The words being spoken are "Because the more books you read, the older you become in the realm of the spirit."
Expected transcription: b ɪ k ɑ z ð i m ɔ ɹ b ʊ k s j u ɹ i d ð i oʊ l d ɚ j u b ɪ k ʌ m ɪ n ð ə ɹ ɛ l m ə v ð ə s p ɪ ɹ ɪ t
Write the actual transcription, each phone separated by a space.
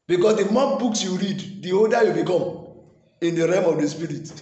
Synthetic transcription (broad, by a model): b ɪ k ɑ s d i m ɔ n b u k s j u ɹ i d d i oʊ d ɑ j u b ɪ k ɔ m ɪ n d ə ɹ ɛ m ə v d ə s p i ɹ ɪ t